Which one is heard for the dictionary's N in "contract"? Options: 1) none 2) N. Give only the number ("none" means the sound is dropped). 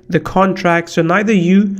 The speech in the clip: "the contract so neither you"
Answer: 2